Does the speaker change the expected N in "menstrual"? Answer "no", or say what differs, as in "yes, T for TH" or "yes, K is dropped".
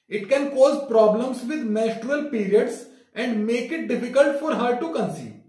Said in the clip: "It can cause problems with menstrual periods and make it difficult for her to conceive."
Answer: yes, N is dropped